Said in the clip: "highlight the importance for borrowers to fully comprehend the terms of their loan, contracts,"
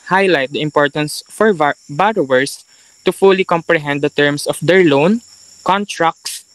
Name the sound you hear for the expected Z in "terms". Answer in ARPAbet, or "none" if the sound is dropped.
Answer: S